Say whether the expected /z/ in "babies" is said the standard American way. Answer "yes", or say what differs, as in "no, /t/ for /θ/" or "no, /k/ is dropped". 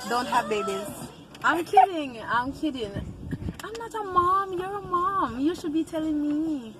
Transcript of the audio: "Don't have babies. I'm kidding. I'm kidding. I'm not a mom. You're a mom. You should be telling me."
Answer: no, /z/ is dropped